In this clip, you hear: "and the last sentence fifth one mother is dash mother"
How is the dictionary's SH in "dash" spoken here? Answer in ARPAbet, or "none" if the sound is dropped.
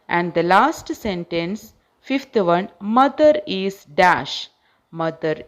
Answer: SH